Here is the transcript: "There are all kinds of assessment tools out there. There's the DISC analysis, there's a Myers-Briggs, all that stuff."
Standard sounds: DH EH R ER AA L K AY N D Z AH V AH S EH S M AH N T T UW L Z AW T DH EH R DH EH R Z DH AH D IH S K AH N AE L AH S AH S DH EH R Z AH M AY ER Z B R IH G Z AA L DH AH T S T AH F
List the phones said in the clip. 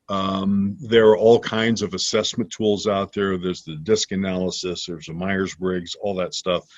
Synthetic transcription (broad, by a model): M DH ER AA L K AY N D Z AH V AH S EH S M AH N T T UW L Z AW T DH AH R DH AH R Z DH AH D IH S K AH N AE L AH S AH S DH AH R Z AH M AY ER Z B R IH G Z AA L DH AH T S T AH F